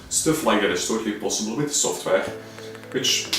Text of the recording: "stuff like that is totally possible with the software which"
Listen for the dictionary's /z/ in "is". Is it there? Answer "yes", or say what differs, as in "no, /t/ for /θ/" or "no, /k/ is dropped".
no, /s/ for /z/